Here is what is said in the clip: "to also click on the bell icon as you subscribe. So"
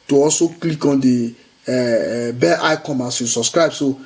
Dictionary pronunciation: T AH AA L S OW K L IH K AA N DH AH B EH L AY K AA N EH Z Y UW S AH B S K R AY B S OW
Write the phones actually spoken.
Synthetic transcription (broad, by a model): T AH AA L S OW K L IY K AA N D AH B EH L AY K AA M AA S Y UW S AH B S K R AY B S OW